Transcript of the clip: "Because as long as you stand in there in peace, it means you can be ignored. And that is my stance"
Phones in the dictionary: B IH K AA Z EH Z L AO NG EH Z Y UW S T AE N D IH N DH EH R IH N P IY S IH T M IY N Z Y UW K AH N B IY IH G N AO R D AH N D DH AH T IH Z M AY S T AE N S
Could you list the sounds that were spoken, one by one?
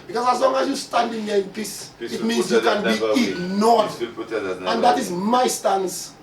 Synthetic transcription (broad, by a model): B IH K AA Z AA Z L AO NG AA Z Y UW S T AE N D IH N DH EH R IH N P IY S IH T M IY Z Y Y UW K AH N B IY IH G N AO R AH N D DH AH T IH Z M AY S T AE N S